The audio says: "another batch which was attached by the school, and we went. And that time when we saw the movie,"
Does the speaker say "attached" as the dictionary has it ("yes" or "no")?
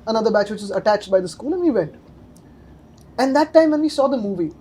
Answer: yes